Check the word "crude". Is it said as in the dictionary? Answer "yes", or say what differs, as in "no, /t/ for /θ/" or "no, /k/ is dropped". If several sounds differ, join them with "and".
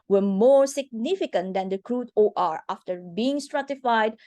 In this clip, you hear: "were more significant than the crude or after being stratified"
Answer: yes